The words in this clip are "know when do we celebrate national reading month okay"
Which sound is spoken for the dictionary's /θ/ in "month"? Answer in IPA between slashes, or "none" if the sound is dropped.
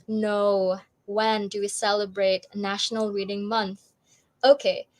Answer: /θ/